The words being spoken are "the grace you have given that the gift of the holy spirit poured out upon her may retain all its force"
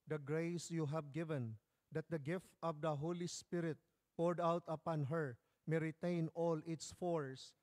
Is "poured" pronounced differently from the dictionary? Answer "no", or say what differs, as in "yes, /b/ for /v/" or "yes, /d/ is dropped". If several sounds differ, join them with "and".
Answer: no